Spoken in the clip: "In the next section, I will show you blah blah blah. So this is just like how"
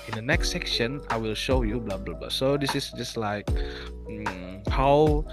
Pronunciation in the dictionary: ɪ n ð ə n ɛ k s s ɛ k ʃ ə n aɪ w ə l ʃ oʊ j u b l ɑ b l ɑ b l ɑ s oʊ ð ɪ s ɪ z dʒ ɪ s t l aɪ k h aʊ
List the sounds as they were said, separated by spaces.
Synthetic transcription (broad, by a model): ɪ n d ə n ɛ k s s ɛ k ʃ ə n aɪ w ə l ʃ oʊ j u b l ɑ b l ɑ b l ɑ s oʊ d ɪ s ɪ s dʒ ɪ s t l aɪ k h aʊ